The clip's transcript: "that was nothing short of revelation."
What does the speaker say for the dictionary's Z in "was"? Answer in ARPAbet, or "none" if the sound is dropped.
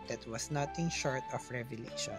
S